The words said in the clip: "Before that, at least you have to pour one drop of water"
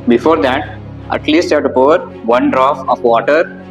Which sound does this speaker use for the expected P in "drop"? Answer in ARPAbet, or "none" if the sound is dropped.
F